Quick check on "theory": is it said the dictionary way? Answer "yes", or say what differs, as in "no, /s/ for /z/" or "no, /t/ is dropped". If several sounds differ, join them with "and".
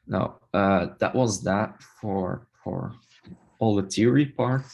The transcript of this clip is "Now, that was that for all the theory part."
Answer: no, /t/ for /θ/